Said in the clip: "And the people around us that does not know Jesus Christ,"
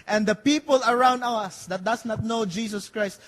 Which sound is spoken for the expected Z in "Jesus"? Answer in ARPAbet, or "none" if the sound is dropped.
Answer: S